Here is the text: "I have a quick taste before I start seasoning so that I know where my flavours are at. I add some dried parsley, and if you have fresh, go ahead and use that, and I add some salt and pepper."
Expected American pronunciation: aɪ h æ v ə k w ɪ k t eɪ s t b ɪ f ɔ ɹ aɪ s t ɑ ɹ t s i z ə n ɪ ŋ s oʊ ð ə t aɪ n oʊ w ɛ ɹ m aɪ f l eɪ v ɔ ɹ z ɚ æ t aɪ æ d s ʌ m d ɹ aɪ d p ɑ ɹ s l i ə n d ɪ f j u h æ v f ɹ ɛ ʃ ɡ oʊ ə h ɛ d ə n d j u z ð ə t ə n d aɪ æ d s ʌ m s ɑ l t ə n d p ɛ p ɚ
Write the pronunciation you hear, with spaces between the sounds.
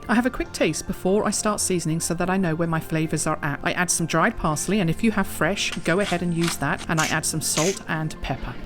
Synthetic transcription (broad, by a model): aɪ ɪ v ə k w ɪ k t eɪ s t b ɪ f ɔ ɹ aɪ s t ɑ ɹ t s i z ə n ɪ ŋ s oʊ ð ə t aɪ n oʊ w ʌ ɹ m aɪ f l eɪ v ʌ ɹ z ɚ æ t aɪ æ d s ʌ m d ɹ aɪ d p ɑ ɹ s l i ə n ɪ f j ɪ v f ɹ ɛ ʃ ɡ oʊ ə h ɛ d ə n j u z ð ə t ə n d aɪ æ d s ʌ m s ɑ l t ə n p ɛ p ɚ